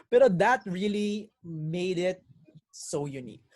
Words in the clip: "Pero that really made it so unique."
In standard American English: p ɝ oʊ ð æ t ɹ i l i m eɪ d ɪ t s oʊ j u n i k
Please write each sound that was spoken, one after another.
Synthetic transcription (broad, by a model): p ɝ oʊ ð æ t ɹ i l i m eɪ d ɪ t s oʊ j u n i k